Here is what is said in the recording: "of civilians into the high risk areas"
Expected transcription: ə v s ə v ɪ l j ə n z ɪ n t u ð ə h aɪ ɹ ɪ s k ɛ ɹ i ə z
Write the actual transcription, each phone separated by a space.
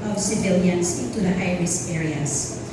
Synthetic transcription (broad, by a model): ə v s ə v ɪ l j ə n s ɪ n t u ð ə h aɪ ɹ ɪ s ɛ ɹ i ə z